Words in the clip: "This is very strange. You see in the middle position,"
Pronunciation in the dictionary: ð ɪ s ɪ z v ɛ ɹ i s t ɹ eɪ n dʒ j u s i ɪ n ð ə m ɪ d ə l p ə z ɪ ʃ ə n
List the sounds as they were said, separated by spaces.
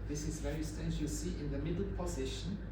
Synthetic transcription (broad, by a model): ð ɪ s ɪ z v ɛ ɹ i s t eɪ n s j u s i ɪ n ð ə m ɪ d ə l p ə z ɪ ʃ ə n